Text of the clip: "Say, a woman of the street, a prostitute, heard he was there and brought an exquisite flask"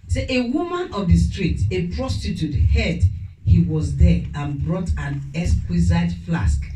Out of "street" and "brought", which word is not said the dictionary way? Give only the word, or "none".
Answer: none